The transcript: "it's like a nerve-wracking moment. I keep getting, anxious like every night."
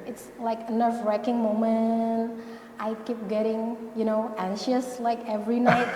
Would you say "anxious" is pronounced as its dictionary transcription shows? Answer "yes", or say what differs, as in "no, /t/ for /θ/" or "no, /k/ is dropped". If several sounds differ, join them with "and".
yes